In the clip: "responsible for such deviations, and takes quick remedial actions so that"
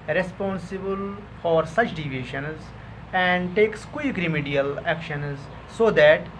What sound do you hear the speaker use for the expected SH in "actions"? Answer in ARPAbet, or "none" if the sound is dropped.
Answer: SH